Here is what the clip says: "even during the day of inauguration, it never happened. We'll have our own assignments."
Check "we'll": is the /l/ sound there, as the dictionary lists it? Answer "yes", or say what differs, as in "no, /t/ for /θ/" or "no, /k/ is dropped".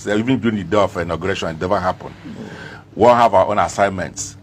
no, /n/ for /l/